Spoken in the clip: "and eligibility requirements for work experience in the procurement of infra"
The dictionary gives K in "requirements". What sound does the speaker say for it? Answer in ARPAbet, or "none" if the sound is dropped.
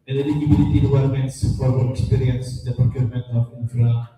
none